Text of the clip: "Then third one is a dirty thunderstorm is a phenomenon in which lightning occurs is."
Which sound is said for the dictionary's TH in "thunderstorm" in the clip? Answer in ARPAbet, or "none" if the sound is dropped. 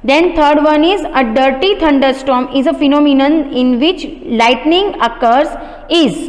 T